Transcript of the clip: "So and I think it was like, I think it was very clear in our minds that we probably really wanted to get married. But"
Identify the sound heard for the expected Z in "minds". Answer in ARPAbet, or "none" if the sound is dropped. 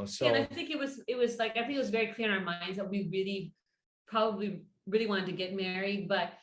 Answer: Z